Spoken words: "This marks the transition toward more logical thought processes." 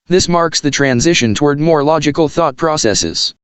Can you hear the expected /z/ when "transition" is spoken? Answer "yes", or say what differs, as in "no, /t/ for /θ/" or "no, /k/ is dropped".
yes